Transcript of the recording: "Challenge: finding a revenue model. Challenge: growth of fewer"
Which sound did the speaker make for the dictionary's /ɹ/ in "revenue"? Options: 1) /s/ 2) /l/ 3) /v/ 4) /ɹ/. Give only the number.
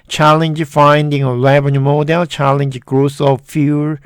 2